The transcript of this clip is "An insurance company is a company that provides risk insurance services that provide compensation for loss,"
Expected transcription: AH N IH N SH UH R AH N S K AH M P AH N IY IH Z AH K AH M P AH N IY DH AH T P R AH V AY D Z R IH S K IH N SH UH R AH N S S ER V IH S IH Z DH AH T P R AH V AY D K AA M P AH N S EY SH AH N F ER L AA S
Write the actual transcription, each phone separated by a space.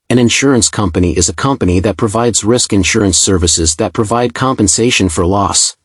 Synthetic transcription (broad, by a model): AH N IH N SH UH R AH N S K AH M P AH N IY IH Z AH K AH M P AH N IY DH AH T P R AH V AY D Z R IH S K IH N SH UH R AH N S S ER V IH S IH Z DH AH T P R AH V AY D K AA M P AH N S EY SH AH N F ER L AA S